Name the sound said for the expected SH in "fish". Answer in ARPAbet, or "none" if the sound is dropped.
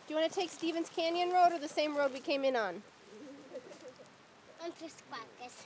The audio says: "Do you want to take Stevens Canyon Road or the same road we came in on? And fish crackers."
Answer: S